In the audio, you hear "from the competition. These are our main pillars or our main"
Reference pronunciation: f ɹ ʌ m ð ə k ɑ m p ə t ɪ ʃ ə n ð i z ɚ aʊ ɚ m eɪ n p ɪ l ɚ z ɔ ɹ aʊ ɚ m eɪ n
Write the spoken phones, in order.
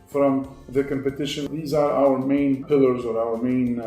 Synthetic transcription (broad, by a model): f ɹ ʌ m ð ə k ɑ m p ə t ɪ ʃ ə n ð i z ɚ aʊ ɚ m eɪ n p ɪ l ɚ z ɔ ɹ aʊ ɚ m eɪ n